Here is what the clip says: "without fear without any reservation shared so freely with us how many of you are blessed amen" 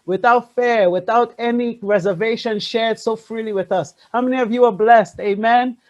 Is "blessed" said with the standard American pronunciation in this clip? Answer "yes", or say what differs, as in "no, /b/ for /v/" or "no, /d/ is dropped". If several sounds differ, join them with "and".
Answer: yes